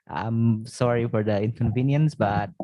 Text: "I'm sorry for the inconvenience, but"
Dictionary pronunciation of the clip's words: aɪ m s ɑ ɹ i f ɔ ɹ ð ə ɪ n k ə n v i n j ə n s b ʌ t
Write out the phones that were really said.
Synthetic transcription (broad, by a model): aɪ m s ɑ ɹ i f ɔ ɹ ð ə ɪ n k ə n v i n j ə n s b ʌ t